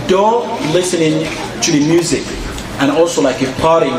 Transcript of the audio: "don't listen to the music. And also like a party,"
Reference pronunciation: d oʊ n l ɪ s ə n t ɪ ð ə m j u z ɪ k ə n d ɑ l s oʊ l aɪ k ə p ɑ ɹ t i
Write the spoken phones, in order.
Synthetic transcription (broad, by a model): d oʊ l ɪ s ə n t ɪ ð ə m j u z ɪ k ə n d ɑ l s oʊ l aɪ k ə p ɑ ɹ t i